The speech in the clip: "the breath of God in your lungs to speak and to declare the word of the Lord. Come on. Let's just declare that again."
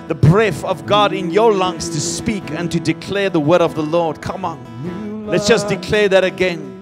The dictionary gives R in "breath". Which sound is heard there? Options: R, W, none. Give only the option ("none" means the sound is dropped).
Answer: R